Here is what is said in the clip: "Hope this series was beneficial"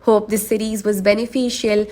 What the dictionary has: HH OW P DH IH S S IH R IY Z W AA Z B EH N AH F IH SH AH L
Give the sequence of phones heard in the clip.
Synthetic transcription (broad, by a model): HH OW P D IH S S IH R IY Z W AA Z B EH N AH F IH SH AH L